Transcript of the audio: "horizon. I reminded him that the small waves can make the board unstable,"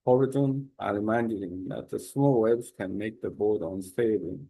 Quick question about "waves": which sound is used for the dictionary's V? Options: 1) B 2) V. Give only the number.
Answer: 1